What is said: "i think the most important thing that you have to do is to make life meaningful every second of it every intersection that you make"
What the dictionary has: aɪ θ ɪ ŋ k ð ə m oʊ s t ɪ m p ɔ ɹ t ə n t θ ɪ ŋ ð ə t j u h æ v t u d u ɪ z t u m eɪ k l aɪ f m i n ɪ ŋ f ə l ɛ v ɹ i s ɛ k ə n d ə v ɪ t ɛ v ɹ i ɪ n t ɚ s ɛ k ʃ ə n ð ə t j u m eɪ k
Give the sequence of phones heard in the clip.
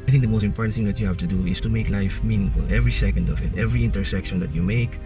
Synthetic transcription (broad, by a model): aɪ θ ɪ ŋ k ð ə m oʊ s t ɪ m p ɔ ɹ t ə n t θ ɪ ŋ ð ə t j u h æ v t u d u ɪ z t u m eɪ k l aɪ f m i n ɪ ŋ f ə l ɛ v ɹ i s ɛ k ə n d ə v ɪ t ɛ v ɹ i ɪ n t ɚ s ɛ k ʃ ə n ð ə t j u m eɪ k